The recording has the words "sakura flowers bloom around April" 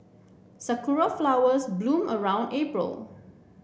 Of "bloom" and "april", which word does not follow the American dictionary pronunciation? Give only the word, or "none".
none